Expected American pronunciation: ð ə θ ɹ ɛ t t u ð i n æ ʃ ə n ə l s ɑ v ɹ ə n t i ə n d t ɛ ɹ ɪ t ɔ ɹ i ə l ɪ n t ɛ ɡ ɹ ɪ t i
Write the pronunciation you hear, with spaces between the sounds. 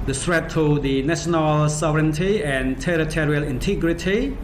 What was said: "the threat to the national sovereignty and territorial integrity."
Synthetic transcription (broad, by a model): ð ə s ɹ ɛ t t u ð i n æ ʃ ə n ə l s ɑ v ɹ ə n t i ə n t ɛ ɹ ɪ t ɔ ɹ i ə l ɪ n t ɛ ɡ ɹ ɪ t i